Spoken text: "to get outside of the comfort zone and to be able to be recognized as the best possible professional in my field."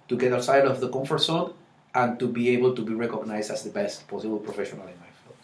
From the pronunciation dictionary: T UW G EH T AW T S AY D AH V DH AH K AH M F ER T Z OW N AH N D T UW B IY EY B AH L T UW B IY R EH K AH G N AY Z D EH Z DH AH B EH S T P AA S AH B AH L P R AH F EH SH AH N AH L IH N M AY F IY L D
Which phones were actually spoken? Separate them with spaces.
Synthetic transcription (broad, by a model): T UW G EH T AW S AY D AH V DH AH K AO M F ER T S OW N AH N T UW B IY EY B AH L T UW B IY R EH K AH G N AY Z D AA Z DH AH B EH S T P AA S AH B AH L P R AH F EH SH AH N AH L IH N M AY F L